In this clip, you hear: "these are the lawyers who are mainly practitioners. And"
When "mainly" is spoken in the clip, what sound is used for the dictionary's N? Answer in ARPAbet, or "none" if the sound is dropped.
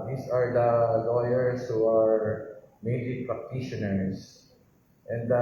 none